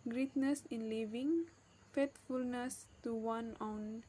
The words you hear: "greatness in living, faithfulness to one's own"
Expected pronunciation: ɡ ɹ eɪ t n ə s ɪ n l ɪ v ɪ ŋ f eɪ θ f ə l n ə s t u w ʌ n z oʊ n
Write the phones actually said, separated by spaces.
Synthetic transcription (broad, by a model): ɡ ɹ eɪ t n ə s ɪ n l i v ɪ ŋ f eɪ t f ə l n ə s t u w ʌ n oʊ n